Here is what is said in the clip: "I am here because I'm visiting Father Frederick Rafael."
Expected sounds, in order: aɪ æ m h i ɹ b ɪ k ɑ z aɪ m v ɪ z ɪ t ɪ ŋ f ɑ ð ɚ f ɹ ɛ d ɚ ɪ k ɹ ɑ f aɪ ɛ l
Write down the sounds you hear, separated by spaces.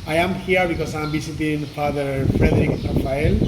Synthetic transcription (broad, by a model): aɪ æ m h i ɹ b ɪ k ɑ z aɪ m b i s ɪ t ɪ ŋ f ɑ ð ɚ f ɹ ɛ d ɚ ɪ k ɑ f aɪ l